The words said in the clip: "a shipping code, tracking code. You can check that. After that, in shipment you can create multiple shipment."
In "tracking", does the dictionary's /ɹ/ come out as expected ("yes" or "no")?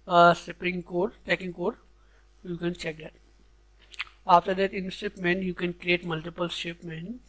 no